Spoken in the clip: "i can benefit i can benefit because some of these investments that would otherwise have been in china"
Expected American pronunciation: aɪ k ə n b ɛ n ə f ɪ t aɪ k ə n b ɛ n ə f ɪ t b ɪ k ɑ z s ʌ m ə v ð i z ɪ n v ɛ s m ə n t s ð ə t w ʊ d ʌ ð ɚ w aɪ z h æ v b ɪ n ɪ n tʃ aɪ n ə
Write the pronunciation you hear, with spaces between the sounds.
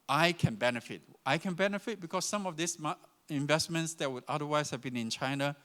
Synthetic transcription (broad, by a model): aɪ k ə n b ɛ n ə f ɪ t aɪ k ə n b ɛ n ə f ɪ t b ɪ k ɑ s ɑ m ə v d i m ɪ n v ɛ s m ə n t s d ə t w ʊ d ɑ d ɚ w aɪ s h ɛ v b ɪ n ɪ n tʃ aɪ n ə